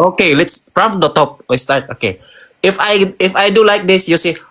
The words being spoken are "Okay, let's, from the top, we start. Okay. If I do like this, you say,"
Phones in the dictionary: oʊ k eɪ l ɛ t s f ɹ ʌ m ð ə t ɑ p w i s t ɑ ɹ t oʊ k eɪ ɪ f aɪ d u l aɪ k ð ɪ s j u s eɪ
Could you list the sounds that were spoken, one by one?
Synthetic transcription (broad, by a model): oʊ k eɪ l ɛ t s p ɹ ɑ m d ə t ɑ p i s t ɑ ɹ t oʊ k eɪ ɪ f aɪ d u l aɪ k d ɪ s j u s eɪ